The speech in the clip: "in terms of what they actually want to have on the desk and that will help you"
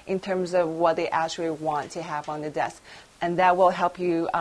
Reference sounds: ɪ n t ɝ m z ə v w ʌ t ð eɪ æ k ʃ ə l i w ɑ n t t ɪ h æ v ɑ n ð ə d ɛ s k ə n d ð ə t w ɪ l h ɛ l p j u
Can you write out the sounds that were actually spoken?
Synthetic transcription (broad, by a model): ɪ n t ɝ m z ə v w ʌ t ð eɪ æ k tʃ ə l i w ɑ n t t ɪ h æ v n ð ə d ɛ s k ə n ð ə t w ɪ l h ɛ l p j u